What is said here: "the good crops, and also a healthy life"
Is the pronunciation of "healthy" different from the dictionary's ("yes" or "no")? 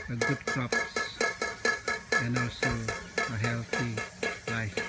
yes